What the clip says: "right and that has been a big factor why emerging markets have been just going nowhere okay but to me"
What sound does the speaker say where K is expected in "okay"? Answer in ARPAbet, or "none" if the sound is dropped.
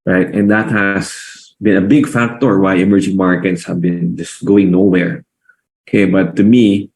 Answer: K